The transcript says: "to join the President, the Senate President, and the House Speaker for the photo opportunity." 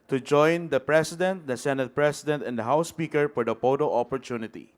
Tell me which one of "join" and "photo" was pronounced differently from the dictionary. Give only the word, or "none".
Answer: photo